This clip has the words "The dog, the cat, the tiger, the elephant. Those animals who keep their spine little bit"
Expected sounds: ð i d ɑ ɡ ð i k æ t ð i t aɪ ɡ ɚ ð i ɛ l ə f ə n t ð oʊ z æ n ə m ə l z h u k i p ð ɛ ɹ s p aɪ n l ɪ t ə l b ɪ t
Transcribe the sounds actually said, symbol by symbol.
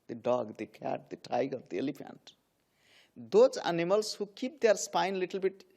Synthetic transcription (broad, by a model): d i d ɑ ɡ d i k æ t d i t aɪ ɡ ɚ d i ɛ l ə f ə n t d oʊ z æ n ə m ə l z h u k i p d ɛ ɹ s p aɪ n l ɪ t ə l b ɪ t